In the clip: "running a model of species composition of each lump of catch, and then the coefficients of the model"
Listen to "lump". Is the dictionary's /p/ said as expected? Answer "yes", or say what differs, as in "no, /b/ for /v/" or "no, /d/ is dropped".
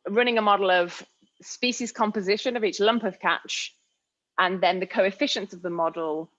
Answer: yes